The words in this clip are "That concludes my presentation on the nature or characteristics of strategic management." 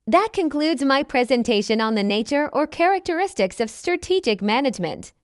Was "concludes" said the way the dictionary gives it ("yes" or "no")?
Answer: yes